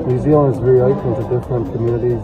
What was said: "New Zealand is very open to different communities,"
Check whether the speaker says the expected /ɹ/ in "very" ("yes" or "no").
no